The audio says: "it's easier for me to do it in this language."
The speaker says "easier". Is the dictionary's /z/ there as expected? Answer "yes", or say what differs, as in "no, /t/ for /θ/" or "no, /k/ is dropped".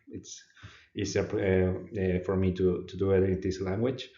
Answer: no, /s/ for /z/